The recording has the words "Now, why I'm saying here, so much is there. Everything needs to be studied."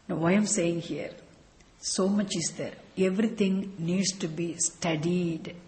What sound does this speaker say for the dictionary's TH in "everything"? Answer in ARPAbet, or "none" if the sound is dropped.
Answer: T